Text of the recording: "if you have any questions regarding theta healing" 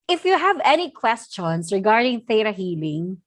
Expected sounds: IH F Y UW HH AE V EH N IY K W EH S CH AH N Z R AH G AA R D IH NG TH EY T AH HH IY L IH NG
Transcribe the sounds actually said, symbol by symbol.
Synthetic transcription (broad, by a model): IH F Y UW HH AE V EH N IY K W EH S CH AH N S R AH G AA R D IH NG TH EY T AH HH IY L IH NG